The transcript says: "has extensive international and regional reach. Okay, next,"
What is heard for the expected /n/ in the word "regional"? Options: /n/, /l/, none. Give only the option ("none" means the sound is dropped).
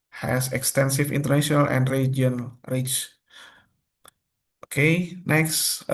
none